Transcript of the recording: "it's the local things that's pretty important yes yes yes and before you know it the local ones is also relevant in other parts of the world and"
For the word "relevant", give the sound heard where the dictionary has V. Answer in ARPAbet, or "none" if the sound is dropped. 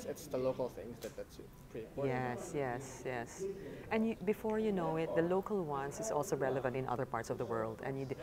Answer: V